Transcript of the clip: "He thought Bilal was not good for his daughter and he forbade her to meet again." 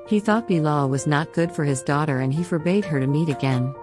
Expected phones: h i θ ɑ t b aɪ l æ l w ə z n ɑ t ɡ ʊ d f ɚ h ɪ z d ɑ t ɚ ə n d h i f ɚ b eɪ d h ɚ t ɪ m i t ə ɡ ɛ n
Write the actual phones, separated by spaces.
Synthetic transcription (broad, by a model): h i θ ɑ t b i l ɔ w ə z n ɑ t ɡ ʊ d f ɚ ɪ z d ɑ t ɚ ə n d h i f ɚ b eɪ d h ɚ t ɪ m i t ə ɡ ɛ n